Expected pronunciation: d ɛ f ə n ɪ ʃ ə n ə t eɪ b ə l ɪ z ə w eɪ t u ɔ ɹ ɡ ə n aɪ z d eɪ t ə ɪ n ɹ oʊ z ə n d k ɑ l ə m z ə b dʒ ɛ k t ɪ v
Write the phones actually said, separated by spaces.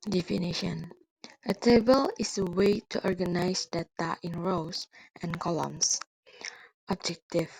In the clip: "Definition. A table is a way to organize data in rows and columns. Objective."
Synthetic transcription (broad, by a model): d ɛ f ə n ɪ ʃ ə n ə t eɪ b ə l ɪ s ə w eɪ t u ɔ ɹ ɡ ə n aɪ s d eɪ t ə ɪ n ɹ oʊ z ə n k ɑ l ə m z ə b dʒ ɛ k t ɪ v